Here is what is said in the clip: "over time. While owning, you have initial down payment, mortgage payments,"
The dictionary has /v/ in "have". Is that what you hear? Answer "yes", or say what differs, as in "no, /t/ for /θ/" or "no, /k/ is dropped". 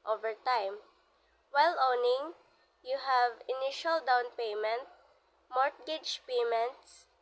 yes